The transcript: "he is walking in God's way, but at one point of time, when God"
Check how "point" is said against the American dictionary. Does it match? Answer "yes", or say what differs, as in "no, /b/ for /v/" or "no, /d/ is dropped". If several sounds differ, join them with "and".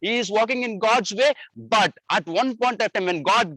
yes